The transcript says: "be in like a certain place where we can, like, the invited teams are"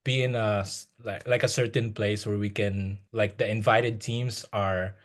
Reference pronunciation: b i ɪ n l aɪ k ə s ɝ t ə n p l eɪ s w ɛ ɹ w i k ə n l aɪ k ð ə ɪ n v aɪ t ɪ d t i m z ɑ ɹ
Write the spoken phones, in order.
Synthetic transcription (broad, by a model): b i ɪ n l aɪ k ə s ɝ t ə n p l eɪ s w ɛ ɹ w i k ə n l aɪ k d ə ɪ n v aɪ t ɪ d t i m s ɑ ɹ